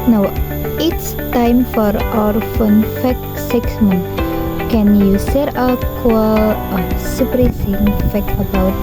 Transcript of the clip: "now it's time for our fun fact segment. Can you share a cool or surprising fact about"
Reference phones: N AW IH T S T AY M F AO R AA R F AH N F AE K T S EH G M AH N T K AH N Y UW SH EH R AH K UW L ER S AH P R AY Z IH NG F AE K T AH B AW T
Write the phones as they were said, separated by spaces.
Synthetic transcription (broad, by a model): N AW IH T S T AY M F AO R AA R F AH N F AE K S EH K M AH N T K AH N Y UW S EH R AH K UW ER S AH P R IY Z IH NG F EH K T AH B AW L